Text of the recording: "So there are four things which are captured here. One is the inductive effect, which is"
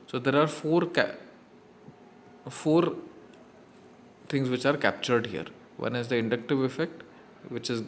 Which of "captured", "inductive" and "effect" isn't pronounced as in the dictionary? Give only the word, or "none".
none